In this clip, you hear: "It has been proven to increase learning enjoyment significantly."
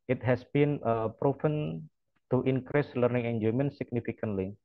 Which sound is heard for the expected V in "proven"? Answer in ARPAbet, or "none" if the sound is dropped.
F